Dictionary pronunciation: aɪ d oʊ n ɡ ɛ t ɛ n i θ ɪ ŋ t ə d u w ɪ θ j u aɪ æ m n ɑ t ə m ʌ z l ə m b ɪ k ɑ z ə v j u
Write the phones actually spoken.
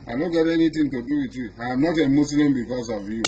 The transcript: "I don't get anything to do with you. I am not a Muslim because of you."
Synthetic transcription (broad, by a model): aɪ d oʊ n ɡ ɛ t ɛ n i t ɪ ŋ t ə d u w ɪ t j u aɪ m n ɑ t ə m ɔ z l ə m b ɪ k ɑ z ə v j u